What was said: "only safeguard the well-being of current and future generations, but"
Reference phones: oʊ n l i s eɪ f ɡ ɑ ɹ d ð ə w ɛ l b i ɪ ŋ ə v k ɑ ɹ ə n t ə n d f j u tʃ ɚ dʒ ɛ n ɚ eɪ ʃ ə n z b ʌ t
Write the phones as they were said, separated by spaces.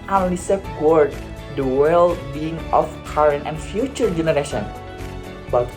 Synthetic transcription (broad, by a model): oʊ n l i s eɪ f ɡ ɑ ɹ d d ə w ɛ l b i ɪ ŋ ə f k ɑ ɹ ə n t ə n f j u tʃ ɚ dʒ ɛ n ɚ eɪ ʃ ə n b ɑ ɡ